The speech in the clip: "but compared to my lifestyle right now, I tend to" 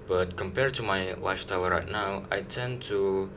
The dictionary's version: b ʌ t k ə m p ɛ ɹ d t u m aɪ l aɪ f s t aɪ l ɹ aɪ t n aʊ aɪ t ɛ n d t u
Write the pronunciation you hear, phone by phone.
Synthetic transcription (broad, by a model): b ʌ t k ə m p ɛ ɹ d t u m aɪ l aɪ s t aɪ l ɹ aɪ t n aʊ aɪ t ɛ n t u